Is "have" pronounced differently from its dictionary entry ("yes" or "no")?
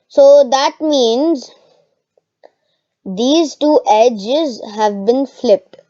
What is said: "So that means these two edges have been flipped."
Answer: no